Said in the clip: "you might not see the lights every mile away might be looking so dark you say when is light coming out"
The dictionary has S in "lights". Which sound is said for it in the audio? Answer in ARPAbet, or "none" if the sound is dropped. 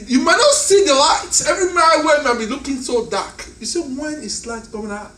none